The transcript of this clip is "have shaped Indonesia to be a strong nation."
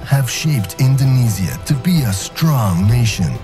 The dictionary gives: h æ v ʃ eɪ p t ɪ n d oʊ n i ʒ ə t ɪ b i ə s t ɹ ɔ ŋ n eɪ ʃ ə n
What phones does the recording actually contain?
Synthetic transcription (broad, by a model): h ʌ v ʃ eɪ p t ɪ n d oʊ n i z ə t ɪ b i ə s t ɹ ɔ ŋ n eɪ ʃ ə n